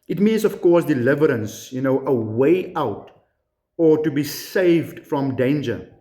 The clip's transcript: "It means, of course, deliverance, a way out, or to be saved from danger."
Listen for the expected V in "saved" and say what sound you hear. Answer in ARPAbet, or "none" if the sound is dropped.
V